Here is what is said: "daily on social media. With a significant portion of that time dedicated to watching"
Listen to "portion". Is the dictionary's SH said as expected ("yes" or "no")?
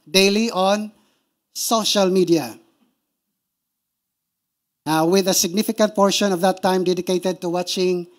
yes